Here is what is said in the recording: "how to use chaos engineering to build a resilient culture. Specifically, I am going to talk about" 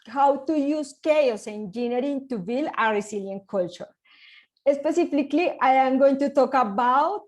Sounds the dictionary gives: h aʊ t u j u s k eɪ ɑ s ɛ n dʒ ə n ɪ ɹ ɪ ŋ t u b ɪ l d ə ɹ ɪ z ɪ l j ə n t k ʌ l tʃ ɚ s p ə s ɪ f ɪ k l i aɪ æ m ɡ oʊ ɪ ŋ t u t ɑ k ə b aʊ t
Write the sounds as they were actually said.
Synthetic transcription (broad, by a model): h aʊ t u j u s k eɪ ɑ s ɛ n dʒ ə n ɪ ɹ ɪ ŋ t u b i l ə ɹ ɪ s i l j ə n k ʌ l tʃ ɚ s p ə s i f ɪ k l i aɪ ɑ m ɡ oʊ ɪ ŋ t u t ɑ k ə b aʊ t